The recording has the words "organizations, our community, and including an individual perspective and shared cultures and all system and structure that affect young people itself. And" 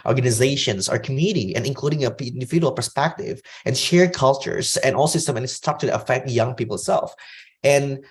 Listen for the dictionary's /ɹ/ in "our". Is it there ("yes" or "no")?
yes